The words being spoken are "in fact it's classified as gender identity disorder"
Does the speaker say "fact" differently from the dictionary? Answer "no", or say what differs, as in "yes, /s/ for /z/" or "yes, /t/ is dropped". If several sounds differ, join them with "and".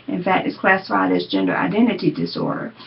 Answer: yes, /k/ is dropped